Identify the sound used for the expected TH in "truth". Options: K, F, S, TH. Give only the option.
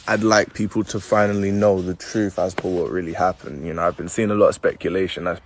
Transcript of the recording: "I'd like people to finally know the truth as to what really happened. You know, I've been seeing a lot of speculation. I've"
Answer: TH